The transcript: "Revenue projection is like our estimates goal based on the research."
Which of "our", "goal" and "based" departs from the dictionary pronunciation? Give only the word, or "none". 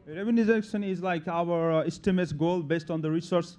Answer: none